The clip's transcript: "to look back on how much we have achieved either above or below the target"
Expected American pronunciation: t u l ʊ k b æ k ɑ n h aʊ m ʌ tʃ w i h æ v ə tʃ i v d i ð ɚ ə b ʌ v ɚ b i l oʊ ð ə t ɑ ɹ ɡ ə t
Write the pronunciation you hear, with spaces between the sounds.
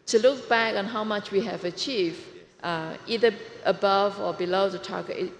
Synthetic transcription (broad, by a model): t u l ʊ k b æ k ɑ n h aʊ m ʌ tʃ w i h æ v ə tʃ i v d i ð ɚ ə b ʌ v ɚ b i l oʊ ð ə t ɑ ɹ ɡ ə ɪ